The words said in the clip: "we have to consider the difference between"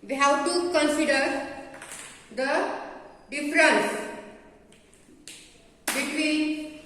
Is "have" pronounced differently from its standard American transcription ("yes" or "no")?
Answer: yes